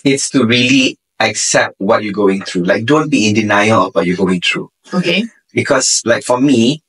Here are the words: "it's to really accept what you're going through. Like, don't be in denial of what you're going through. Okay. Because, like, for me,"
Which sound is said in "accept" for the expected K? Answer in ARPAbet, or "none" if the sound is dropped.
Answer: K